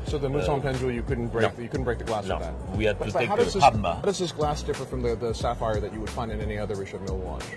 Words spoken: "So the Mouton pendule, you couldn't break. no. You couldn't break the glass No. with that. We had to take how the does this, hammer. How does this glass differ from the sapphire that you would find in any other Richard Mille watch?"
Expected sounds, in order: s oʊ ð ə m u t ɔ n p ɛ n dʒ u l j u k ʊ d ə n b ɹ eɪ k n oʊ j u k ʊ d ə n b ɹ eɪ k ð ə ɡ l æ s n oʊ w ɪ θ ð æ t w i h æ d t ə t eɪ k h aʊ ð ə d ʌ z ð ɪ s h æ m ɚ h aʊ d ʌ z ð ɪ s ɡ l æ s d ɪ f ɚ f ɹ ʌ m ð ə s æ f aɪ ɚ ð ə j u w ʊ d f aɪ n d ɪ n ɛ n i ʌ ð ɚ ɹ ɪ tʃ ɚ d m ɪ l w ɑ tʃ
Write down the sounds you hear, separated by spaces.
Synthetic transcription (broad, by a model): s oʊ ð ə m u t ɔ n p ɛ n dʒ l j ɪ k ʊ d n b ɹ eɪ k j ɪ k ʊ d n b ɹ eɪ k ð ə ɡ l æ s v ð æ t w i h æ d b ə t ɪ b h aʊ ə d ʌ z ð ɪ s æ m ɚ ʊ d ʌ z ð ɪ s ɡ l æ s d ɪ f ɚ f ɹ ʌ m ð ə s æ f aɪ ɚ ð ə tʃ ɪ w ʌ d f aɪ n d ɪ n ɛ n i ʌ ð ɚ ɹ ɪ ʃ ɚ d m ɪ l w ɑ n